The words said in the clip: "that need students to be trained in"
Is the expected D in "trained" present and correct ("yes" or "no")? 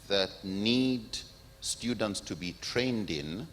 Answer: yes